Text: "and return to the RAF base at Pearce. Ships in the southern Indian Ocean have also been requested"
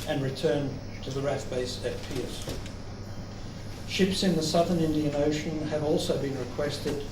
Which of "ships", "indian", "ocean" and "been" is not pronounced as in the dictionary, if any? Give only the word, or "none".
none